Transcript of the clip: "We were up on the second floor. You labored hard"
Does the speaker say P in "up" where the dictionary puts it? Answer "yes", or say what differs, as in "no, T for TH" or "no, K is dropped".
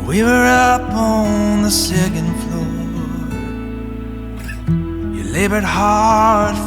yes